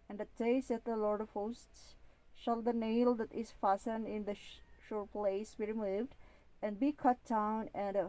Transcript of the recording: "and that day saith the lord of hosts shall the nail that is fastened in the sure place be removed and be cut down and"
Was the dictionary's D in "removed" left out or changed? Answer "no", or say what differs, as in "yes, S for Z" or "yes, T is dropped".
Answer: no